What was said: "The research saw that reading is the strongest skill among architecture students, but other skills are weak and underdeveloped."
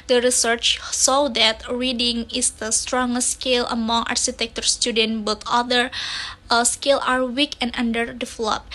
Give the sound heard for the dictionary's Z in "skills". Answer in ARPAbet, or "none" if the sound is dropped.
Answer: none